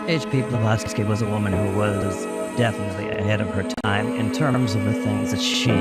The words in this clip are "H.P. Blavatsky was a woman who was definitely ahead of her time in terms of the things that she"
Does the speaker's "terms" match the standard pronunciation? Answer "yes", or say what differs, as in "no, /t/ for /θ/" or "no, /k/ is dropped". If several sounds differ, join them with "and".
yes